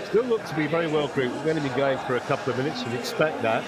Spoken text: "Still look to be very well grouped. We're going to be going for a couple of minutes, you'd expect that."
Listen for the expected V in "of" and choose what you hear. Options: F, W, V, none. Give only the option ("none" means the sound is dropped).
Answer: V